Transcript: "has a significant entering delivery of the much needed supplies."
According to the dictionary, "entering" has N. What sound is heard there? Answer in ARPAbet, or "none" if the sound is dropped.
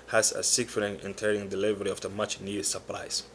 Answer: none